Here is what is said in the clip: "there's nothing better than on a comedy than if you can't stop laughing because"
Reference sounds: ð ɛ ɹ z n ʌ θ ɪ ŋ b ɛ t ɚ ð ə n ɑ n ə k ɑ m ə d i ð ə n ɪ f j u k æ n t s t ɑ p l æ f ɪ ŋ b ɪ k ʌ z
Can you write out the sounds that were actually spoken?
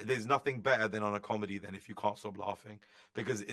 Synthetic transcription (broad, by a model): ð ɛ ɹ z n ʌ θ ɪ ŋ b ɛ t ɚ ð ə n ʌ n ə k ɑ m ə d i ð ə n ɪ f j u k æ n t s t ɑ p l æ f ɪ ŋ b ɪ k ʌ z